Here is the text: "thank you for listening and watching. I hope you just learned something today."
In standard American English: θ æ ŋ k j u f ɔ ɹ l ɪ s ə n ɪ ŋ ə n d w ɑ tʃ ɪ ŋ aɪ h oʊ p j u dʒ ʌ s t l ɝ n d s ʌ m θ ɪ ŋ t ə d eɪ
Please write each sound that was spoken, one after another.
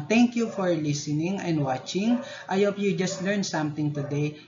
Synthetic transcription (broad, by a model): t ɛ ŋ k j u f ɔ ɹ l ɪ s ə n ɪ ŋ ə n d w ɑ tʃ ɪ ŋ aɪ h oʊ p j u dʒ ʌ s t l ɝ n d s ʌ m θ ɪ ŋ t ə d eɪ